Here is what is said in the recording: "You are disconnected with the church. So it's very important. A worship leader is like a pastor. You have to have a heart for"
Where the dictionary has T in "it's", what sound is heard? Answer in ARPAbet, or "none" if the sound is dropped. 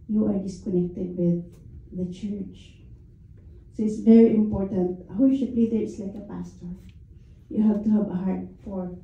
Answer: T